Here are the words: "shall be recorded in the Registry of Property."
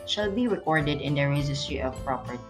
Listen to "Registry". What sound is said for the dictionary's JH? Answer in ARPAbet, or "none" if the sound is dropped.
Z